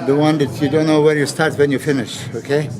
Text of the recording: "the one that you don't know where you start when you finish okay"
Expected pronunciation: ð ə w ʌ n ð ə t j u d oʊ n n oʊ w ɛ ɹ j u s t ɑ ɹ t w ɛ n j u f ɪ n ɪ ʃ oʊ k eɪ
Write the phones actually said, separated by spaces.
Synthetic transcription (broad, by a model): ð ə w ʌ n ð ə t j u d oʊ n n oʊ w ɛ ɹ j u s t ɑ ɹ t w ɛ n j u f ɪ n ɪ ʃ oʊ k eɪ